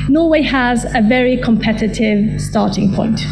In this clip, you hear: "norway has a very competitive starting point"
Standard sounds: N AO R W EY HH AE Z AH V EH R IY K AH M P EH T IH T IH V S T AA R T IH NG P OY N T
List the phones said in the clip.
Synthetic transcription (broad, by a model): N AO W EY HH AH Z AH V EH R IY K AH M P EH T IH T IH V S T AA T IH NG P OY N T